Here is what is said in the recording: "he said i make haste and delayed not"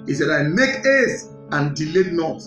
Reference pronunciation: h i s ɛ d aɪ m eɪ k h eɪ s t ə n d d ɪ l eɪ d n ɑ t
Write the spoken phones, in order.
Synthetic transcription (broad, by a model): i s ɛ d aɪ m eɪ k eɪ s ə n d d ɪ l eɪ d n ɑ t